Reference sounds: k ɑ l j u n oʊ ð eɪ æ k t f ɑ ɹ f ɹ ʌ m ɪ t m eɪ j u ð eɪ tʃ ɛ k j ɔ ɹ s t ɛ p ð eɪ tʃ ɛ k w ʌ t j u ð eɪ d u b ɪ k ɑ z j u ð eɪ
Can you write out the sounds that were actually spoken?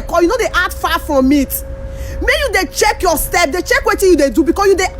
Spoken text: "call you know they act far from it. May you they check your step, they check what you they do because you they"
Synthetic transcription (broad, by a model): k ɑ j u n oʊ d eɪ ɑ t f ɑ f ɹ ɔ m ɪ t m eɪ j u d eɪ tʃ ɛ k j ɔ s t ɛ p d eɪ tʃ ɛ k w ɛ t j u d eɪ d u b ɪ k ɑ s j u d eɪ